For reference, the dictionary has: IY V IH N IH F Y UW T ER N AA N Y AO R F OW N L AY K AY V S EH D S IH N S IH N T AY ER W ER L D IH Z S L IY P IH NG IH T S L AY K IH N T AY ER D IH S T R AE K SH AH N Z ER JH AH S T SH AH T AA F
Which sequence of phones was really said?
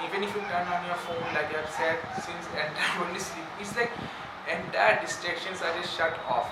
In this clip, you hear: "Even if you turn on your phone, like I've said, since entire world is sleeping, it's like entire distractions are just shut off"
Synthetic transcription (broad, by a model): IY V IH N IH F Y UW T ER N AA N Y AO R F OW N L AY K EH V S EH D S IH N S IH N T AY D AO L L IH S L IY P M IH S L AY K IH N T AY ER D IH S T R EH K SH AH N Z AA JH AH S T SH AH T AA F